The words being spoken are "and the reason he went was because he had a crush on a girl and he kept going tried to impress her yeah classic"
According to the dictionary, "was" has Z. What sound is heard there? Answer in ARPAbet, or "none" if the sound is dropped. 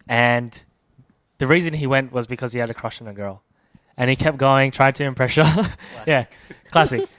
Z